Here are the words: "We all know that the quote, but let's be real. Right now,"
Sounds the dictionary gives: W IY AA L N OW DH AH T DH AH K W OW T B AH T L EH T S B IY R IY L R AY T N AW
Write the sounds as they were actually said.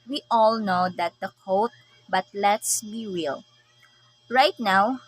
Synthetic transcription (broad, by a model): W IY AA L N OW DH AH T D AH K OW T B AH T L EH T S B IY W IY L R AY T N AW